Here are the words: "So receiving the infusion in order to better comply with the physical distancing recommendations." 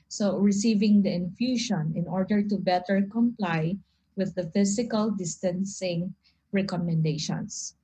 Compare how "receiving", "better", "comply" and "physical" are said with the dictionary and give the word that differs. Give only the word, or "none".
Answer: physical